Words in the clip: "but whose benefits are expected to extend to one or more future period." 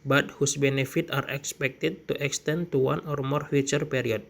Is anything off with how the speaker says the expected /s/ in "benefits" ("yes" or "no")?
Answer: yes